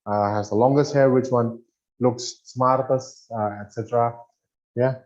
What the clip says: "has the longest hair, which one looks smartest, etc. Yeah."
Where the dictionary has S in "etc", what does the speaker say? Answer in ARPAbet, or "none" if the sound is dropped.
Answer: S